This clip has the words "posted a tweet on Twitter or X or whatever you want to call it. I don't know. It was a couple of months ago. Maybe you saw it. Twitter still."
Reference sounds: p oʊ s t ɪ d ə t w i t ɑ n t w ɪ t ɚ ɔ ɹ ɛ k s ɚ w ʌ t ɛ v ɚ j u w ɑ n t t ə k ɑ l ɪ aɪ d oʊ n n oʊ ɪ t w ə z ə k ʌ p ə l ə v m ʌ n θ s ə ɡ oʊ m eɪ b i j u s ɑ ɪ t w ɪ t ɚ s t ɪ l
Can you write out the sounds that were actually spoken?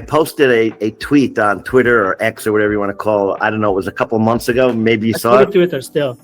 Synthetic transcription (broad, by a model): p oʊ s t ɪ d ə t w i t n t w ɪ t ɚ ɹ ɛ k s ɚ w ʌ t ɛ v ɚ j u w ɑ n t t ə k ɑ l ɪ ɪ d oʊ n n oʊ ɪ t w ə z ə k ʌ p l ə v m ʌ n θ s ə ɡ oʊ m eɪ b i j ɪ s ɑ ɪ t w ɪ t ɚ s t ɪ l